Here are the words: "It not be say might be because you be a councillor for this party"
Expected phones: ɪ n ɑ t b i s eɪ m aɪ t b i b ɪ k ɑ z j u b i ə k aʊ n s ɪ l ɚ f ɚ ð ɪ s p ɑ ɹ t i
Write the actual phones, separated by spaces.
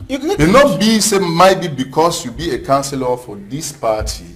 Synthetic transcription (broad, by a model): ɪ n ɑ t b i s eɪ m aɪ t b i b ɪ k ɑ s j u b i ə k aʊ n s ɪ l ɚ f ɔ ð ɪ s p ɑ t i